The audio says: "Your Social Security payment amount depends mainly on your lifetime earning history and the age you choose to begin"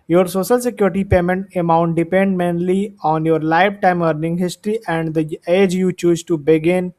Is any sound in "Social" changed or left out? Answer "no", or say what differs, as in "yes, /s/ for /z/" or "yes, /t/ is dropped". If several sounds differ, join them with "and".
no